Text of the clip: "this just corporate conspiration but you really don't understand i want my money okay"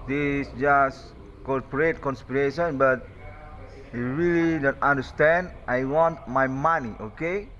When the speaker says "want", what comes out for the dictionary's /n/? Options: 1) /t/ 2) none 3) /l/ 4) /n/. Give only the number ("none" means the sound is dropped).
4